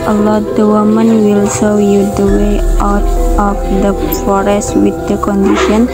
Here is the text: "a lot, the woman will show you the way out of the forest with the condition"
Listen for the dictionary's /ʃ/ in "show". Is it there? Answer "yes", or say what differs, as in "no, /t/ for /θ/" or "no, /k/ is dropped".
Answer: no, /s/ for /ʃ/